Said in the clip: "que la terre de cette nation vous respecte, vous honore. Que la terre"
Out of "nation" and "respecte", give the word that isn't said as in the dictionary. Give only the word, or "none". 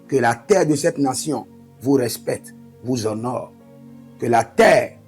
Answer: nation